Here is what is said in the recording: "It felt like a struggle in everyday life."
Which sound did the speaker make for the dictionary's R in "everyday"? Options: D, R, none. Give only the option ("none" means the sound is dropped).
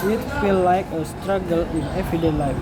none